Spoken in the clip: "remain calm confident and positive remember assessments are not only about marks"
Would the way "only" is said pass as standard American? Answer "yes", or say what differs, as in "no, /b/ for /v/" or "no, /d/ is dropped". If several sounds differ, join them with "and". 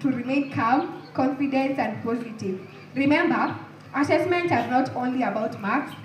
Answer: yes